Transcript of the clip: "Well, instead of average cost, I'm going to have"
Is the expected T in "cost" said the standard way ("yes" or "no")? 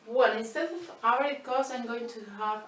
no